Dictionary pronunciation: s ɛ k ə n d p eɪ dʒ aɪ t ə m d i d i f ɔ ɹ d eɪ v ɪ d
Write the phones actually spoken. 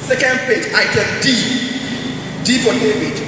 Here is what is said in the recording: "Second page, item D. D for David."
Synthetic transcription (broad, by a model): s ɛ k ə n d p eɪ dʒ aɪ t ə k d i d i p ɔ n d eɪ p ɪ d